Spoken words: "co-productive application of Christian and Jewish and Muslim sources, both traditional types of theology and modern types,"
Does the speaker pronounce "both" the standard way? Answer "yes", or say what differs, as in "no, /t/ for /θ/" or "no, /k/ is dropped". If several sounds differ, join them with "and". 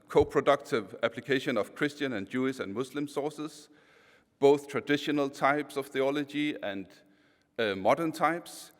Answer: yes